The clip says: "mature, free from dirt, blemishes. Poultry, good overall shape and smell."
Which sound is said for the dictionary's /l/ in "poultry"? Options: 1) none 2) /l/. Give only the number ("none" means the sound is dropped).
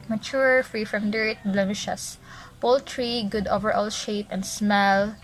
2